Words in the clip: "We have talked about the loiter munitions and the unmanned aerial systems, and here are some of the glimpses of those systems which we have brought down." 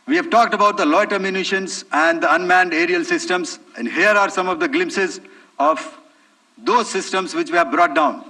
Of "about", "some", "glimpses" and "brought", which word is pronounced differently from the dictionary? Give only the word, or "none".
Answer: none